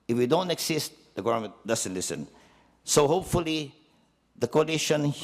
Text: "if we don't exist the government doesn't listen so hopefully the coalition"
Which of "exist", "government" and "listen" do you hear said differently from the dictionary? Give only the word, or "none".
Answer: exist